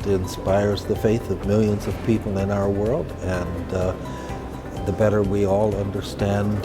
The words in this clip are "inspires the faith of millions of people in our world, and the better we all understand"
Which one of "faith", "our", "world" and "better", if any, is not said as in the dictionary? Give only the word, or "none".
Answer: none